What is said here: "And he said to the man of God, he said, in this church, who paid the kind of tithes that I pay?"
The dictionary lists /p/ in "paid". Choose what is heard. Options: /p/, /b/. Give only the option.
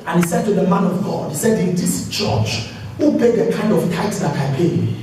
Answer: /b/